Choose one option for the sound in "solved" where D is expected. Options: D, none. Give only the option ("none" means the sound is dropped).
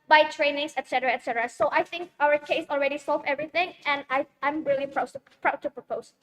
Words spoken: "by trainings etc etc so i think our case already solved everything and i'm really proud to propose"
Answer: none